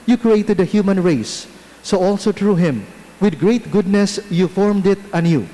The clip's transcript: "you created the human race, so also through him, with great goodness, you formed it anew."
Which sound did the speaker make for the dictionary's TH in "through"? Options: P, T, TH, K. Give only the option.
T